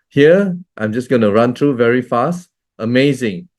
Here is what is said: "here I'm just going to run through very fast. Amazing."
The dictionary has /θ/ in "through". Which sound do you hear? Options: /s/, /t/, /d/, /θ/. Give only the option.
/t/